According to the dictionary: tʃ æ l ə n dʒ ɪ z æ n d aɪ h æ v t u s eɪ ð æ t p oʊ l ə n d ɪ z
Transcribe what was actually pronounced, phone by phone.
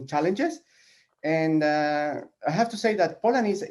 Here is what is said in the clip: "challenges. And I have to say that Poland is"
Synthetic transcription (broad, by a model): tʃ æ l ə n dʒ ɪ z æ n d aɪ h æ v t u s eɪ ð æ t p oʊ l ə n ɪ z